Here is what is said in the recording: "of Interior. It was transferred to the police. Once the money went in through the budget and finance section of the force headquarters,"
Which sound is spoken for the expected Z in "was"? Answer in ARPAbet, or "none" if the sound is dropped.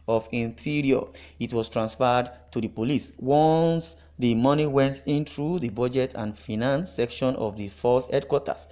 S